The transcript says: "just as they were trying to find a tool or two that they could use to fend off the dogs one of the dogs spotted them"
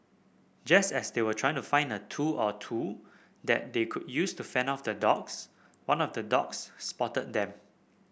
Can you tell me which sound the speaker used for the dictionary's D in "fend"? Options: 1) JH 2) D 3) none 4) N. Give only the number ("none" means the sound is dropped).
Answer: 3